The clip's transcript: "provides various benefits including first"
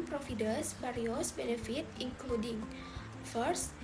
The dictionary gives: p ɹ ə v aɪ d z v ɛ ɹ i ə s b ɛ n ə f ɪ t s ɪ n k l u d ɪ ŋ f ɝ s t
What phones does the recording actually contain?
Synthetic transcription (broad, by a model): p ɹ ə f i d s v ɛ ɹ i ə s b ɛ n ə f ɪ t ɪ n k l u d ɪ ŋ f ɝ s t